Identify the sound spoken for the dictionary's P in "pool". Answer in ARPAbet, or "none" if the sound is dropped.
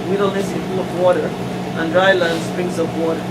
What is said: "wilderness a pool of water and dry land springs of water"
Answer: F